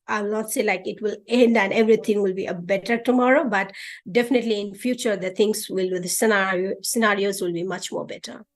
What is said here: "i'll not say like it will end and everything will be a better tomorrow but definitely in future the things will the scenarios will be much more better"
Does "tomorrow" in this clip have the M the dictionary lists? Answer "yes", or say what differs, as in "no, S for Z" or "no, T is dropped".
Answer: yes